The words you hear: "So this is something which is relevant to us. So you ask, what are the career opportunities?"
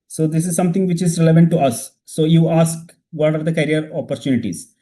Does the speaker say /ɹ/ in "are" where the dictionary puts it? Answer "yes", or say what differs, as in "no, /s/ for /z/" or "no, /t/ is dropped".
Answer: yes